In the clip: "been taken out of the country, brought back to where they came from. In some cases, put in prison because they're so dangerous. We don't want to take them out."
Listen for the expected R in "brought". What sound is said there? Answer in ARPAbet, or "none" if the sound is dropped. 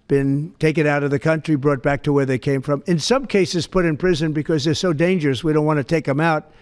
R